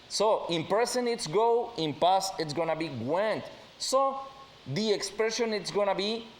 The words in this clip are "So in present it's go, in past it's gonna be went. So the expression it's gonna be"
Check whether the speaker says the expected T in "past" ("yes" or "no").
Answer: no